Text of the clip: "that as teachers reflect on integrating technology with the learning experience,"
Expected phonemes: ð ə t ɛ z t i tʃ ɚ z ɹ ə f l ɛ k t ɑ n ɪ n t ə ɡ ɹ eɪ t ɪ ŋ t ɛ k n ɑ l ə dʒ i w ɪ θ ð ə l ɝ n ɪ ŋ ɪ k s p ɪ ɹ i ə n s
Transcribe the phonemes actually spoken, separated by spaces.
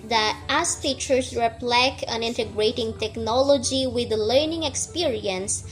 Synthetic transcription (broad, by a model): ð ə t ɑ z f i tʃ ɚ s ɹ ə p l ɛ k ɑ n ɪ n t ə ɡ ɹ eɪ t ɪ ŋ t ɛ k n ɑ l ə dʒ i w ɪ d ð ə l ɝ n ɪ ŋ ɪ k s p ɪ ɹ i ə n s